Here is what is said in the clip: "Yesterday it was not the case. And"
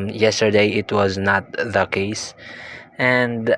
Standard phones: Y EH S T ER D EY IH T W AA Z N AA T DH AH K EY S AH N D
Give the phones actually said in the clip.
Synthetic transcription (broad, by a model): Y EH S T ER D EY IH T W AA Z N AA T DH AH K EY S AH N D